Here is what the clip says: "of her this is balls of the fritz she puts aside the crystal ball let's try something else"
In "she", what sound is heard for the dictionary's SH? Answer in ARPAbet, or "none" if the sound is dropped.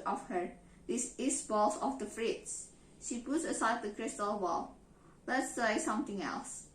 SH